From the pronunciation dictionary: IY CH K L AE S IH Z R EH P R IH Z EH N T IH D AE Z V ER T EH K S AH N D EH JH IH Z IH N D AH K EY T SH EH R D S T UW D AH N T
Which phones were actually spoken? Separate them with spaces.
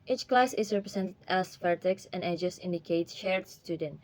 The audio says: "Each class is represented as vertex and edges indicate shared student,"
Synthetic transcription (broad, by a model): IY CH K L AE S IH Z R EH P R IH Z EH N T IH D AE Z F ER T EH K S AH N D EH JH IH S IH N D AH K EY T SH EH R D S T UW D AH N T